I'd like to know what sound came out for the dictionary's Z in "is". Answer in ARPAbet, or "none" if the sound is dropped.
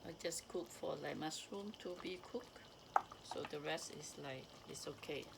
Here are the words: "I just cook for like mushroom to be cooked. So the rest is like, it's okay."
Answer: S